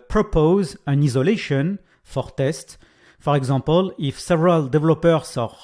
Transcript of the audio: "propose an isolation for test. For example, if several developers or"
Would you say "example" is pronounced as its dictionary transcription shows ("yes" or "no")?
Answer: no